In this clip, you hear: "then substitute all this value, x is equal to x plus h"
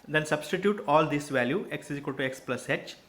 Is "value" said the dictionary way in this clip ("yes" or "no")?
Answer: yes